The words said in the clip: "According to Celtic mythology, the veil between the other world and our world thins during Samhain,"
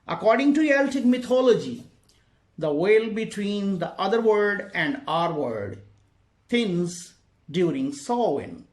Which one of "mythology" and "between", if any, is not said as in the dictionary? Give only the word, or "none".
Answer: mythology